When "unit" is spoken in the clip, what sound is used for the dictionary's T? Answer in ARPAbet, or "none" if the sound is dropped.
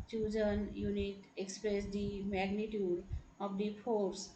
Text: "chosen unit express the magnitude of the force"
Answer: T